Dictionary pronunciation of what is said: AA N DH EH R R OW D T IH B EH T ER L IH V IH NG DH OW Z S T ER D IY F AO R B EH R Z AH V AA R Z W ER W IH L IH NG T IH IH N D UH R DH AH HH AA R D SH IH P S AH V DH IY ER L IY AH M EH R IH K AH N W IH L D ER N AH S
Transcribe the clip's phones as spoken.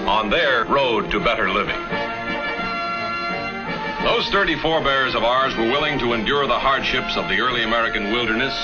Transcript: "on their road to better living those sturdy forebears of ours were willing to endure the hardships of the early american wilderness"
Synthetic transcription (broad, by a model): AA N DH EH R R OW D T IH B EH T ER L IH V IH NG DH OW Z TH ER D IY F AO R B EH R Z AH V AA R Z W ER W IH L IH NG T IH IH N D UH R DH AH HH AA R D SH IH P S AH V DH IY ER L IY AH M EH R IH K AH N W IH L D ER N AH S